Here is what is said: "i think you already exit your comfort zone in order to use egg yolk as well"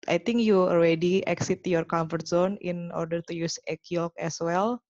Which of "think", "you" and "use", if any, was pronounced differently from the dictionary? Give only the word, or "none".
think